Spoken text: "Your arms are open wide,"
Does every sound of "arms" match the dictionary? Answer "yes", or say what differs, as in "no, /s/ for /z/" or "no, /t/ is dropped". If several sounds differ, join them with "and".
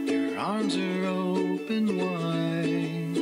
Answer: yes